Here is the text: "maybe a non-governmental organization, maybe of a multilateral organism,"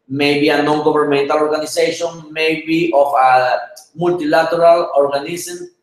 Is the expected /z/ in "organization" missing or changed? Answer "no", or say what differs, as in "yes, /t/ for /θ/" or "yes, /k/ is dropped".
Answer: yes, /s/ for /z/